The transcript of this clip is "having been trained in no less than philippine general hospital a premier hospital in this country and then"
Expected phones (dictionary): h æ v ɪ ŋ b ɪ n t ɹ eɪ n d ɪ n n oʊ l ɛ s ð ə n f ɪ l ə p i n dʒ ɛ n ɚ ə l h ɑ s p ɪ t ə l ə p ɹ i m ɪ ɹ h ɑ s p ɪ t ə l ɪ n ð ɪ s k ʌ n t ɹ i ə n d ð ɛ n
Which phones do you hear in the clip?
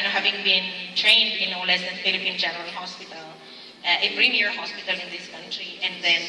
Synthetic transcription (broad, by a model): h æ v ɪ ŋ b ɪ n t ɹ eɪ n d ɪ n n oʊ l ɛ s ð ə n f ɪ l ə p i n dʒ ɛ n ɚ ə l h ɑ s p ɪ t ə l ə f ɹ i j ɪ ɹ h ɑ s p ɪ t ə l ɪ n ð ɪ s k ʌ n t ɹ i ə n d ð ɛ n